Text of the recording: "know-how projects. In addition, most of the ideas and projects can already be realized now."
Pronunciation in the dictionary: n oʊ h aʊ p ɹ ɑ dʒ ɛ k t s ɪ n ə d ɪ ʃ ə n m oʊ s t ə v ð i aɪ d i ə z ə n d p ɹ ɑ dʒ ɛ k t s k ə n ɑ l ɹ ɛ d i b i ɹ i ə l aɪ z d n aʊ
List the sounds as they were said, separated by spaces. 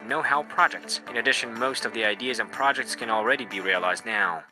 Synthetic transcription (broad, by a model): n oʊ h aʊ p ɹ ɑ dʒ ɛ k t s ɪ n ə d ɪ ʃ ə n m oʊ s t ə v ð i aɪ d i ə z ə n p ɹ ɑ dʒ ɛ k t s k ə n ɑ l ɹ ɛ d i b i ɹ i ə l aɪ z d n aʊ